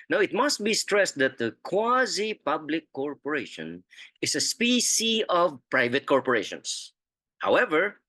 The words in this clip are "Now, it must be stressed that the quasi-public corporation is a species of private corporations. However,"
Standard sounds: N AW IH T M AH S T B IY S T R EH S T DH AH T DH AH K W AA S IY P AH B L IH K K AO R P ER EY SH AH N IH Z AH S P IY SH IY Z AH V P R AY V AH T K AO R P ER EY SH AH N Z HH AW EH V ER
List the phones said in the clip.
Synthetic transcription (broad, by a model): N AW IH T M AH S T B IY S T R EH S T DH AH T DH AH K W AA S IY P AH B L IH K K AO R P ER EY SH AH N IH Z AH S P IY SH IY AH V P R AY V AH T K AO R P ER EY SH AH N S HH AW EH V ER